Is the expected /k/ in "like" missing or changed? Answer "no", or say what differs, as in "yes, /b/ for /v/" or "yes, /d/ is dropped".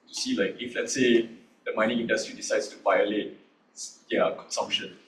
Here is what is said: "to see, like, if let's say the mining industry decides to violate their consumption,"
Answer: no